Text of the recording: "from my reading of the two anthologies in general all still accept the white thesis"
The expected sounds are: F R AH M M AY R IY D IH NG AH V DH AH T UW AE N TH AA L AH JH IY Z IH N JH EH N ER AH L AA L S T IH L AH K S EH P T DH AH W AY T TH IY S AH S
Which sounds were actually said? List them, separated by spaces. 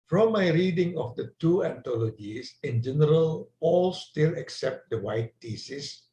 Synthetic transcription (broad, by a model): F R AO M M AY R IY D IH NG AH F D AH T UW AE N T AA L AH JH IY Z IH N JH EH N ER AH L AA L S T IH L AH K S EH P T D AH W AY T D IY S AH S